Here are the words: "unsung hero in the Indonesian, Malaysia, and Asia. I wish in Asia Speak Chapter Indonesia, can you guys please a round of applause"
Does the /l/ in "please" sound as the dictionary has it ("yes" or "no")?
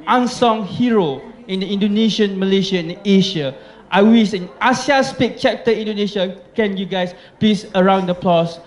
no